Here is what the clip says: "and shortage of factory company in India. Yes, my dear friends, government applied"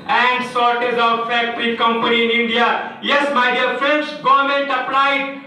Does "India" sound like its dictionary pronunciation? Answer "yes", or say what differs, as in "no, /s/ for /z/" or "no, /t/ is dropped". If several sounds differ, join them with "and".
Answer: yes